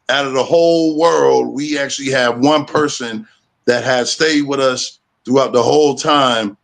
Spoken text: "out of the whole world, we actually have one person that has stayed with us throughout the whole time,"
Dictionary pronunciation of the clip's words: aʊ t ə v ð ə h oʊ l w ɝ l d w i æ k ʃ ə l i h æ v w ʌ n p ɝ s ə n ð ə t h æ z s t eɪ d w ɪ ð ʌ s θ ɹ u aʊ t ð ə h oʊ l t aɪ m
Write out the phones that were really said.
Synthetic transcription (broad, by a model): aʊ t ə v ð ə h oʊ l w ɝ l d w i æ k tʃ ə l i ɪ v w ʌ n p ɝ s ə n ð ə t h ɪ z s t eɪ d w ɪ ð ʌ s θ ɹ u aʊ t ð ə h oʊ l t aɪ m